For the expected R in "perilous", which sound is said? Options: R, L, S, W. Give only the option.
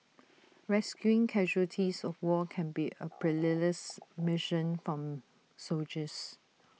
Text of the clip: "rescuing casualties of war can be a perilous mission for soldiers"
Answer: L